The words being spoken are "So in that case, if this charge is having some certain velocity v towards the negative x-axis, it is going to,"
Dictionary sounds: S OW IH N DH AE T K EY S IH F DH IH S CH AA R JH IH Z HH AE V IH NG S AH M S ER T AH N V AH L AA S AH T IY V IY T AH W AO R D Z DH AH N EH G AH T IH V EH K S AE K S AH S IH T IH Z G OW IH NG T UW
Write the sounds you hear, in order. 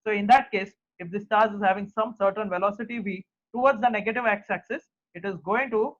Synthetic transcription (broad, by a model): S OW IH N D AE T K EY S IH F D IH S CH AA R Z IH Z HH AE V IH NG S AH M S ER T AH N V AH L AA S AH T IY V IY T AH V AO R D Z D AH N EH G AH T IH V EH K S AE K S AH S IH T IH Z G OW IH NG T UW